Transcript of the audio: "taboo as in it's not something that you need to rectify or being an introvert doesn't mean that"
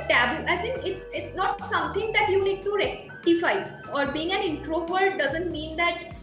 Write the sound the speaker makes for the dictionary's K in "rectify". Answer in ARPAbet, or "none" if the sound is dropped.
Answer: none